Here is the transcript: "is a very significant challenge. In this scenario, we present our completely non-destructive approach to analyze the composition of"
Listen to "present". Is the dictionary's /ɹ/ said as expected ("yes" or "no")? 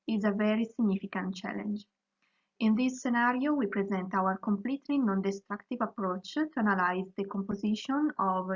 yes